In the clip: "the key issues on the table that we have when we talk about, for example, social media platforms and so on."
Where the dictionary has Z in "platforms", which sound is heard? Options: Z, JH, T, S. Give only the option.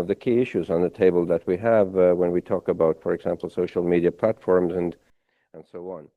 Z